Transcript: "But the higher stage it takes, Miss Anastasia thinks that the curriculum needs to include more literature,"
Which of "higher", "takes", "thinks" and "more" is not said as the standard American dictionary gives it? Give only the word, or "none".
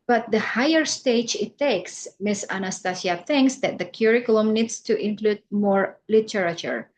none